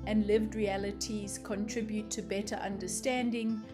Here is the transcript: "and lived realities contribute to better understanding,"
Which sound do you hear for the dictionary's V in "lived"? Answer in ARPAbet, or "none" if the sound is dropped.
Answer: V